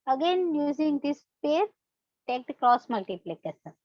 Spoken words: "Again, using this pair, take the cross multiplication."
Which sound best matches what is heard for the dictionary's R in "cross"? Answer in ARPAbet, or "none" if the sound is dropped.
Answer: R